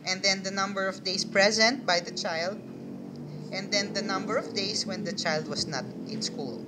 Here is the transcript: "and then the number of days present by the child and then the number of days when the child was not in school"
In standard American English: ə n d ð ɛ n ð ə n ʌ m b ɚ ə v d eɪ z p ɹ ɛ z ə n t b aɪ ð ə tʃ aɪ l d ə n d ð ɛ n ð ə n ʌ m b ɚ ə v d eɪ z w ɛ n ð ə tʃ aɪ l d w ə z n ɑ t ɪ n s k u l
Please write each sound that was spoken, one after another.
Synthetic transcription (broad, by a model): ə n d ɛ n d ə n ʌ m b ɚ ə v d eɪ s p ɹ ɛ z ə n t b aɪ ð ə tʃ aɪ l d ə n d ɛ n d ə n ʌ m b ɚ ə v d eɪ s w ɛ n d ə tʃ aɪ l d w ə s n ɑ t ɪ n s k u l